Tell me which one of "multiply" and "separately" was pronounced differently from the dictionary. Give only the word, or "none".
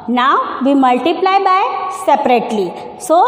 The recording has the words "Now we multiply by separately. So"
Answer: none